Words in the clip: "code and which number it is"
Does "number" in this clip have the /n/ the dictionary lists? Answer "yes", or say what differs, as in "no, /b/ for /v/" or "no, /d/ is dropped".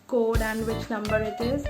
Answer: no, /l/ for /n/